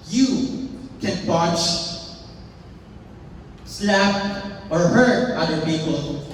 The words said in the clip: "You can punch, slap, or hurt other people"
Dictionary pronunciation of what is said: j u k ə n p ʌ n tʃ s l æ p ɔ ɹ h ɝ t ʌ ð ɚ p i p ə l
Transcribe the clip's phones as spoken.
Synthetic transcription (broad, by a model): j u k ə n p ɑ tʃ s l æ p ɔ ɹ h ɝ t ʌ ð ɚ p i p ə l